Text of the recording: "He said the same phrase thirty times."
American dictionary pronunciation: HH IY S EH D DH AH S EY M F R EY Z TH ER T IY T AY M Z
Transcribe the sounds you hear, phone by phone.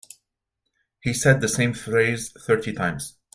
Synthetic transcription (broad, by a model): HH IY S EH D DH AH S EY M F R EY Z TH ER T IY T AY M Z